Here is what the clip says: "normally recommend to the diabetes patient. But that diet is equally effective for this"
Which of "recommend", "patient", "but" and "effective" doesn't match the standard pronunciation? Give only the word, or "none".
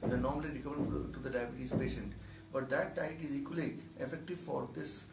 recommend